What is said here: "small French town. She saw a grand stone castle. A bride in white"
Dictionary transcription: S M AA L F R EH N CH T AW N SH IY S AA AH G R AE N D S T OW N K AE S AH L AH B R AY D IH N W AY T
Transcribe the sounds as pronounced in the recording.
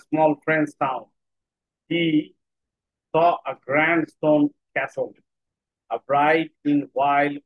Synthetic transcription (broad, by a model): S M AA L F R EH N S T AW N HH IY S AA AH G R AE N D S T OW N K AE S AH L AH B R AY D IH N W AY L